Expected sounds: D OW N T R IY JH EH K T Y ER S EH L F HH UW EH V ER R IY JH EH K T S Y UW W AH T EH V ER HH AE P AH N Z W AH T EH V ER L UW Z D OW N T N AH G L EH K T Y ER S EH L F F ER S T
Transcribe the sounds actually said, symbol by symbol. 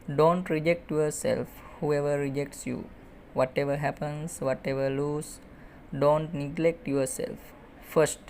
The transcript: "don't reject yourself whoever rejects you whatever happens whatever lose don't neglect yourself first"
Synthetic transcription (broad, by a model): D OW N T R IY JH EH K T Y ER S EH L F HH UW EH V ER R IY JH EH K T S Y UW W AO T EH V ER HH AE P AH N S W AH T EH V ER L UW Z D OW N T N AH G L EH K T Y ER S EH L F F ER S T